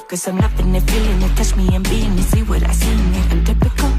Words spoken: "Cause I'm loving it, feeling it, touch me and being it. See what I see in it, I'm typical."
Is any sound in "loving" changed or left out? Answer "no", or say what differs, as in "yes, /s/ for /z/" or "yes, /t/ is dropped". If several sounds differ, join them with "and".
yes, /n/ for /l/